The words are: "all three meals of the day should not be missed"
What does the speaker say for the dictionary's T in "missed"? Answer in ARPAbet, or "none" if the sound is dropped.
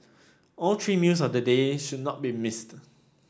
T